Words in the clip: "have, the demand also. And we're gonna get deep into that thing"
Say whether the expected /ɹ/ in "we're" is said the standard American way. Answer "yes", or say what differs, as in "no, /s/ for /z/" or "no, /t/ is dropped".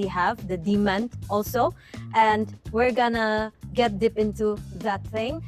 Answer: yes